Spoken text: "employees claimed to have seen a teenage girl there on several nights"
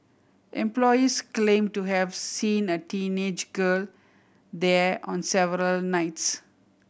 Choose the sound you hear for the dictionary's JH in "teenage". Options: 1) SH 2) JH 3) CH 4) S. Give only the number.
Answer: 2